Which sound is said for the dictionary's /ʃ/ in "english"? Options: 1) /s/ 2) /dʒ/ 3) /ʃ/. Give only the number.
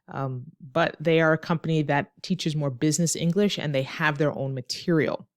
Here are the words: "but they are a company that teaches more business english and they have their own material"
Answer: 3